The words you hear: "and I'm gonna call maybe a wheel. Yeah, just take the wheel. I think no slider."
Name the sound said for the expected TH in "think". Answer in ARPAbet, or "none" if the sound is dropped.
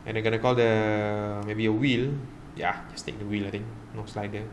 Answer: T